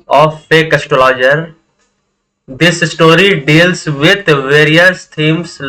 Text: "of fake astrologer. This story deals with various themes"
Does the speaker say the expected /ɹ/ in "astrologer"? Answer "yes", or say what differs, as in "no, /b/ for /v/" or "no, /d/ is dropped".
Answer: no, /ɹ/ is dropped